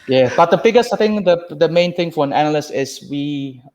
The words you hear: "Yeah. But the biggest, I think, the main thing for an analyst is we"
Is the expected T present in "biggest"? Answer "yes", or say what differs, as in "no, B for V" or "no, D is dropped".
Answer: no, T is dropped